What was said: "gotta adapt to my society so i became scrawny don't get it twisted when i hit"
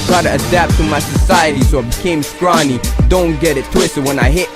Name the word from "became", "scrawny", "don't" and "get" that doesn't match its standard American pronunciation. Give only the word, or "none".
none